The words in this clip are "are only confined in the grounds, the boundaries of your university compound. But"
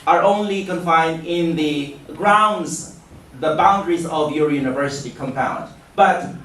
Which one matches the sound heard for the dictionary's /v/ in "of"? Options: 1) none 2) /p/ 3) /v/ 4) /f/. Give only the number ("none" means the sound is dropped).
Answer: 3